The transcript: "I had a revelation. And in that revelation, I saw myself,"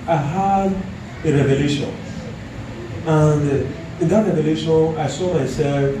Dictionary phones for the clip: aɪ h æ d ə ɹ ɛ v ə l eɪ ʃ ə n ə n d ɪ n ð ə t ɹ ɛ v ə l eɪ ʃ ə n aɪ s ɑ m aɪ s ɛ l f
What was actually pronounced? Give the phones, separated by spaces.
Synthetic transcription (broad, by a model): aɪ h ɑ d ə ɹ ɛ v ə l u ʃ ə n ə n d ɪ n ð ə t ɹ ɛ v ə l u ʃ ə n aɪ s ɑ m aɪ s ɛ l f